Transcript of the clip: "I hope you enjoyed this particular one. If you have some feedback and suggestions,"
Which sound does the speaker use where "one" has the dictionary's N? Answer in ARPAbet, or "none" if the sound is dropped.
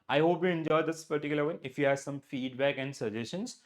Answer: none